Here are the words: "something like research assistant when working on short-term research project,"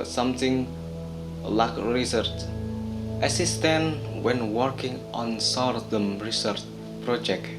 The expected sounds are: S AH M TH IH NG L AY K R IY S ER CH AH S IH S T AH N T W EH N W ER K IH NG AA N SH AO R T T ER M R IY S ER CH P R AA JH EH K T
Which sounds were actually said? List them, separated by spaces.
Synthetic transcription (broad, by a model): S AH M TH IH NG L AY K R IY S ER CH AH S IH S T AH N W EH N W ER K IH NG AA N S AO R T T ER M R IY S ER CH P R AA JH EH K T